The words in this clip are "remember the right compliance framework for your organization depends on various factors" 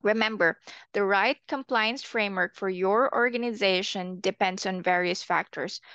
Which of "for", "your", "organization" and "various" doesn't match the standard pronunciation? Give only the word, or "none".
none